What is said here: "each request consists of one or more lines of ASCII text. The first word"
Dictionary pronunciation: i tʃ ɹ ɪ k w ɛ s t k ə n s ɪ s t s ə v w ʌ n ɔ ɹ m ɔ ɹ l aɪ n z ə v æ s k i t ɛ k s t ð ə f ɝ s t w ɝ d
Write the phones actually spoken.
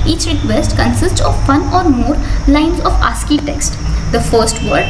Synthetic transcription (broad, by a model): i tʃ ɹ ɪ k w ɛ s t k ə n s ɪ s t s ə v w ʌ n ɔ ɹ m ɔ ɹ l aɪ n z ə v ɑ s k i t ɛ k s t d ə f ɝ s t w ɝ d